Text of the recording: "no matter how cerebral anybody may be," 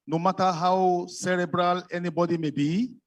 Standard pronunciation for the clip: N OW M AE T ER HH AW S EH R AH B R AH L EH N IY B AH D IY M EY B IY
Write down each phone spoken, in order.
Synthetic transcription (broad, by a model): N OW M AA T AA HH AW S EH R AH B R AH L EH N IY B AH D IY M EY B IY